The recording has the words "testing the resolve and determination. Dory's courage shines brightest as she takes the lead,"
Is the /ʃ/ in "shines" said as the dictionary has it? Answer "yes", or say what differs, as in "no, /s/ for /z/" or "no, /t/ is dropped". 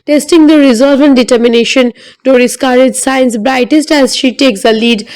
no, /s/ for /ʃ/